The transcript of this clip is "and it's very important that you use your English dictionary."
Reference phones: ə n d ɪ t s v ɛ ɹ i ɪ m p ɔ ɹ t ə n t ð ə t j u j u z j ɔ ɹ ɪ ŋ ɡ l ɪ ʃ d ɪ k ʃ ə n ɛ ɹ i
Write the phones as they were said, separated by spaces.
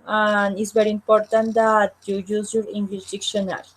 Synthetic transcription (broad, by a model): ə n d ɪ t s v ɛ ɹ i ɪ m p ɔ ɹ t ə n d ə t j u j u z j ɔ ɹ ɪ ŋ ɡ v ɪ s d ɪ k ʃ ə n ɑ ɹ